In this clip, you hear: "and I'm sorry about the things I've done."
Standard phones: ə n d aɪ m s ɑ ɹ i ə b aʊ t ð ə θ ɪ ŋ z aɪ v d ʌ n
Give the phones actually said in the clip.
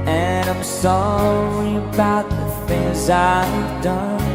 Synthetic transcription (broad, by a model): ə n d aɪ m s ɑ i ə b aʊ t ð ə θ ɪ ŋ z aɪ v d ʌ n